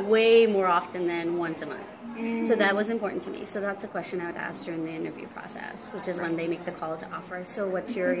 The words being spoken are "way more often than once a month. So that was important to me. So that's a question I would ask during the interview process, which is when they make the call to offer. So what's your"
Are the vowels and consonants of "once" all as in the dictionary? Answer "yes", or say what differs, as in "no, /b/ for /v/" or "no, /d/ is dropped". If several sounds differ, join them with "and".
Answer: yes